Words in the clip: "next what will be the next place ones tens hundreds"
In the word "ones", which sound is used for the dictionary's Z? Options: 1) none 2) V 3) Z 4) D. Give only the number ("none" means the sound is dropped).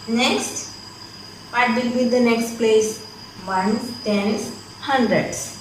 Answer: 1